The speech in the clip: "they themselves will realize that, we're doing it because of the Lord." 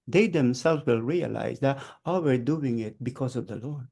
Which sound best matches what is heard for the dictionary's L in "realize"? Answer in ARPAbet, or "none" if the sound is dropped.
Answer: L